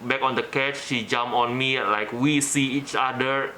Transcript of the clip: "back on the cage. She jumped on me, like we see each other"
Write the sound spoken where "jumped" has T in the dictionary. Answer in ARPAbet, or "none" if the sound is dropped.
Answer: none